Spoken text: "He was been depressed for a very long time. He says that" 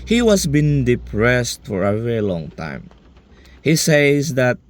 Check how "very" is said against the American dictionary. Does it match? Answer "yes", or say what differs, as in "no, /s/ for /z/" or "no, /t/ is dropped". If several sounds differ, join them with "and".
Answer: yes